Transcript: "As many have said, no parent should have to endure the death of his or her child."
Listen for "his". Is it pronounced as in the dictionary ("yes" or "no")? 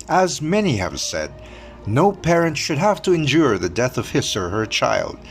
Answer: no